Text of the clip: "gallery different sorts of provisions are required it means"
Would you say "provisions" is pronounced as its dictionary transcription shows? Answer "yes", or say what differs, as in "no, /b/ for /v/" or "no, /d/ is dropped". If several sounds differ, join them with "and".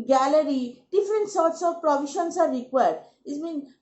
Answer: no, /ʃ/ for /ʒ/ and /s/ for /z/